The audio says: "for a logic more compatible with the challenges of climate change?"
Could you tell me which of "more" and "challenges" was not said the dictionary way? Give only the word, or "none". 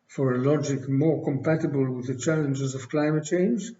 none